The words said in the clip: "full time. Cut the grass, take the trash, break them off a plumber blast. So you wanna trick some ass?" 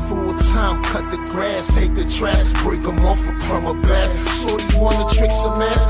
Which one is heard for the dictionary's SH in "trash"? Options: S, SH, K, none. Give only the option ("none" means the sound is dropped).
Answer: S